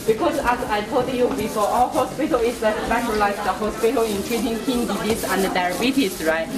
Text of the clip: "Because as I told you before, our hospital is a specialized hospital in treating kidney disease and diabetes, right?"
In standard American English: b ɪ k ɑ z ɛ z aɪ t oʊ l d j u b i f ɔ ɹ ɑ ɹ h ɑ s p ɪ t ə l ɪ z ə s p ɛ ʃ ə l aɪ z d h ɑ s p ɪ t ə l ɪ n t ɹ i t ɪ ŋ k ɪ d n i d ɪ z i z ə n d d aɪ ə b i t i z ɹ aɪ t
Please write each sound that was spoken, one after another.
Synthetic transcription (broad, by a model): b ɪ k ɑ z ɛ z aɪ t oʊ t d j u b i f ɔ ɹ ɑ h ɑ s p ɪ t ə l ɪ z ə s f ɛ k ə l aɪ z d h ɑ s p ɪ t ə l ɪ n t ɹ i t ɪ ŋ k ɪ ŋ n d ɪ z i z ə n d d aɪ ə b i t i s ɹ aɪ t